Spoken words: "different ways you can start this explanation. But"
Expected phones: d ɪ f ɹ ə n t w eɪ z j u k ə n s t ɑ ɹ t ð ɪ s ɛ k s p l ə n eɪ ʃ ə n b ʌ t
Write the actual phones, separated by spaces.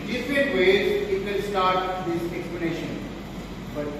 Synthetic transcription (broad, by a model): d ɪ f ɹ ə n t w eɪ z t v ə l s t ɑ ɹ t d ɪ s ɛ k s p l ə n eɪ ʃ ə n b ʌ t